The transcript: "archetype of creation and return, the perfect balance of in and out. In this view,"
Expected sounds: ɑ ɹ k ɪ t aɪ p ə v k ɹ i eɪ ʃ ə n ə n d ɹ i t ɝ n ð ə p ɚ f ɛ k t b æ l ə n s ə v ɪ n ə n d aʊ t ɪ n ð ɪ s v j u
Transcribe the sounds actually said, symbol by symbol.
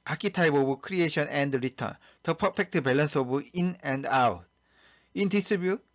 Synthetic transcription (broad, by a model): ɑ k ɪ t aɪ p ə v k ɹ i eɪ ʃ ə n ə n d ɹ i t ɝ n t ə p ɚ p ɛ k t b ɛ l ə n s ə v ɪ n ə n d aʊ t ɪ n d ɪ s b j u